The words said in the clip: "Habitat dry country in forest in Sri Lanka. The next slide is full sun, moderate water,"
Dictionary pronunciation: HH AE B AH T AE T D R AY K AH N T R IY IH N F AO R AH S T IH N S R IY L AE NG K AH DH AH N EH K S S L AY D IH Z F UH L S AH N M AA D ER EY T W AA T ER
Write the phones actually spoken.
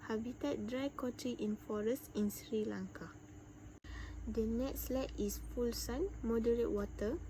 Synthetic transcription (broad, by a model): HH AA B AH T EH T D R AY K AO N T R IY IH N F AO R AH S T IH N S R IY L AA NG K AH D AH N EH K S S L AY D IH S F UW L S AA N M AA D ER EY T W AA T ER